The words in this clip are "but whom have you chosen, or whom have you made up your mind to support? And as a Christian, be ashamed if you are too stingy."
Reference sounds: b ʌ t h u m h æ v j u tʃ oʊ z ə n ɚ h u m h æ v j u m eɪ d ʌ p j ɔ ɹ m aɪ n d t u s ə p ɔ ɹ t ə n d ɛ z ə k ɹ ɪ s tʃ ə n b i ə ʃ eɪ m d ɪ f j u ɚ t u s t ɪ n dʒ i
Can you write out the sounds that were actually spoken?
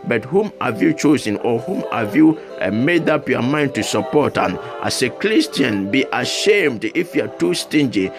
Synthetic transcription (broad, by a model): b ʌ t h u m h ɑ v j u tʃ oʊ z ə n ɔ h u m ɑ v j u m eɪ d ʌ p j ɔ m aɪ n d t u s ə p ɔ t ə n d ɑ s ə k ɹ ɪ s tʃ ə n b i ə ʃ eɪ m d ɪ f j u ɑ t u s t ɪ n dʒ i